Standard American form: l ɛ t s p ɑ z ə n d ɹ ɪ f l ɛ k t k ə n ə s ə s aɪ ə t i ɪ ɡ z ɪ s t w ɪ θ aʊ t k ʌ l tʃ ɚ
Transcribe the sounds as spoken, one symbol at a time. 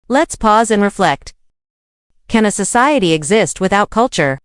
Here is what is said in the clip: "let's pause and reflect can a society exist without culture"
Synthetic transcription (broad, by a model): l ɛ t s p ɑ z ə n ɹ ɪ f l ɛ k t k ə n ə s ə s aɪ ə t i ɪ ɡ z ɪ s t w ɪ θ aʊ t k ʌ l tʃ ɚ